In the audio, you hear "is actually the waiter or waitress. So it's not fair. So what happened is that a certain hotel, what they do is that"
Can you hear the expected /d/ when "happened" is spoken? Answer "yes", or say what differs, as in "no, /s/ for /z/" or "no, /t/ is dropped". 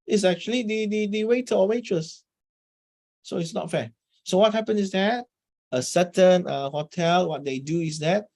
no, /d/ is dropped